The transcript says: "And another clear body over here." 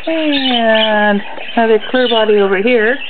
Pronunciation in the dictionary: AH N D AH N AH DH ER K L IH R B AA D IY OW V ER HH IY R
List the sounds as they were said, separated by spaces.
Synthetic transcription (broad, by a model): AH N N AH UH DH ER K L IH R B AA D IY OW V ER HH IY R